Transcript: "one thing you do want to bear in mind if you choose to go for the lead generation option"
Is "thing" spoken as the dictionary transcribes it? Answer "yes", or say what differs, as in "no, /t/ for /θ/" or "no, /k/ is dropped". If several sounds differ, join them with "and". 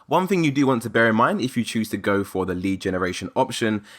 yes